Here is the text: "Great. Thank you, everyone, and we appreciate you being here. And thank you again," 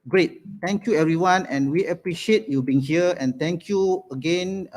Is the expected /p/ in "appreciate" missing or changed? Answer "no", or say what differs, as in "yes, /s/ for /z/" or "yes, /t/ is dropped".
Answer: no